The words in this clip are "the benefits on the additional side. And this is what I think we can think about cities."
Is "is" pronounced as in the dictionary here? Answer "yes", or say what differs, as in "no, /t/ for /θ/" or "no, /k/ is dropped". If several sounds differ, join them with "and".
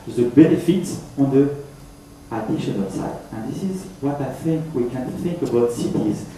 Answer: yes